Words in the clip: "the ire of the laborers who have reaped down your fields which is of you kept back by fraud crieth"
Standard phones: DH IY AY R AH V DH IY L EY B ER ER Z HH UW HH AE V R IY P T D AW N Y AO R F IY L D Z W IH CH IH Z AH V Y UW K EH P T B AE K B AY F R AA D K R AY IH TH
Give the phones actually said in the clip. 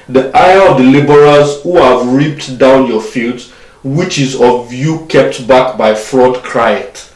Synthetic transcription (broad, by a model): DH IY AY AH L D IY L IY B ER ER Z HH UW HH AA V R IY P T D AW N Y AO F IY L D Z W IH CH IH Z AH V Y UW K EH P T B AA K B AY F R AA D K R AY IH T